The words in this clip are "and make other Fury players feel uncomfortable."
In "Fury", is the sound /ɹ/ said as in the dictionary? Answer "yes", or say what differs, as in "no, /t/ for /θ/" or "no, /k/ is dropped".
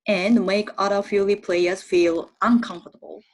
no, /l/ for /ɹ/